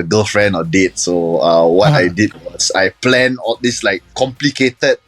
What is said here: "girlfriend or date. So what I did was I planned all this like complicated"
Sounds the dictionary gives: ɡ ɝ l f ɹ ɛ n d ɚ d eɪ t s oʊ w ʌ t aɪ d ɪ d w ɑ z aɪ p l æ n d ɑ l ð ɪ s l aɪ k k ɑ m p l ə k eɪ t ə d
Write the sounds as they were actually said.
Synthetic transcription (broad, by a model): ɡ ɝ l f ɹ ɛ n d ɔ d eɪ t s oʊ w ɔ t aɪ d ɪ d w ɑ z aɪ p l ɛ n ɑ l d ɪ s l aɪ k k ɑ m p l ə k eɪ t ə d